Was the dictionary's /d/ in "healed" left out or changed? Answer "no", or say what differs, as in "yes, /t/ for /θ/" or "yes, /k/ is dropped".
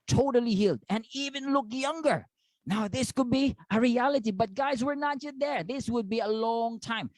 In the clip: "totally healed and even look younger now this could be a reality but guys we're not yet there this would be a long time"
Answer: no